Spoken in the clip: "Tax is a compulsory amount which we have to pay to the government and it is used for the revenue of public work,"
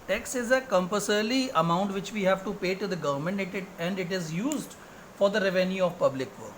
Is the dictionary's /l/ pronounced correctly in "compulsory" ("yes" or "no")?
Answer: no